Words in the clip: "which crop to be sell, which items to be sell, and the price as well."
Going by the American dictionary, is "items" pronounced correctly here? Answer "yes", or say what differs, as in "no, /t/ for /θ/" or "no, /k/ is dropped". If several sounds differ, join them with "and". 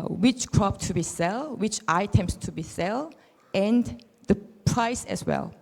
no, /s/ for /z/